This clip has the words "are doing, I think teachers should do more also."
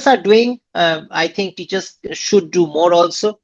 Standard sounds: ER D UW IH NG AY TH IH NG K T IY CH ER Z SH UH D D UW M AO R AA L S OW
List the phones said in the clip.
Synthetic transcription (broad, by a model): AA D UW IH NG AY T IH NG K T IY CH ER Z SH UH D D UW M AO R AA L S OW